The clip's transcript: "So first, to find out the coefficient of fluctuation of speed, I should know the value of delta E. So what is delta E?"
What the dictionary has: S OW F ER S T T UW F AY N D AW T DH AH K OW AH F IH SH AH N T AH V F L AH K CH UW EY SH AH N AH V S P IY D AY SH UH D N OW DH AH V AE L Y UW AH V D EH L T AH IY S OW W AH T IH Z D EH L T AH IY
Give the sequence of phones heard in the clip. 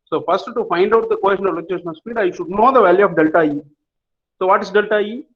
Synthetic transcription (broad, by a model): S OW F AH S T T UW F AY N D AW T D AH K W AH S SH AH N AH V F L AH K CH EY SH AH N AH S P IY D AY SH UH D N OW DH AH V AE L Y UW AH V D EH L T AH IY S OW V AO T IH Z D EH L T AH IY